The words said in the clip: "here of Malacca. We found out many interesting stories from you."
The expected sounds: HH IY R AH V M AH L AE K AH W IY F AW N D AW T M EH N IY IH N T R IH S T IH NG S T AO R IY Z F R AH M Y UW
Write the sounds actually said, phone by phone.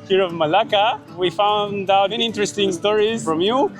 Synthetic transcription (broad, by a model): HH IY R AH V M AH L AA K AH W IY F AW N D AW T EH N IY IH N T R IH S T IH NG S T AO R IY Z F R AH M Y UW